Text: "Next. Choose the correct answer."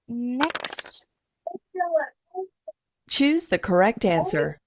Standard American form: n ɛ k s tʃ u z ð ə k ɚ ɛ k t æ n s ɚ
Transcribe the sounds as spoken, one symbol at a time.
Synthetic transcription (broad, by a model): n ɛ k s tʃ u z ð ə k ɚ ɛ k t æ n s ɚ